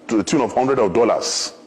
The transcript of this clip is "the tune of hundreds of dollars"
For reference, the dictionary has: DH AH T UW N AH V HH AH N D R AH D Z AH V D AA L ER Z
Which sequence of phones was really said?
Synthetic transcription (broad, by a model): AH T UW N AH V HH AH N D R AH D AH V D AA L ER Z